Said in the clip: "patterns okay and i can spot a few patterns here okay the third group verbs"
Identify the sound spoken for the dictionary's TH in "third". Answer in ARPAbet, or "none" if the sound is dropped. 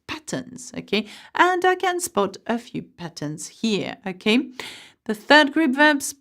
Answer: TH